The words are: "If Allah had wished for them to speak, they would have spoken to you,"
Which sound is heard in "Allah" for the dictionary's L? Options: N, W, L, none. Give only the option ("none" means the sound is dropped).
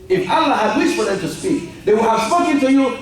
L